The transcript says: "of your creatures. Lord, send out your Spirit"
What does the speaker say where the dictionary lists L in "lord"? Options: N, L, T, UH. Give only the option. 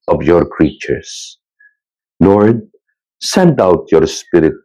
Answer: N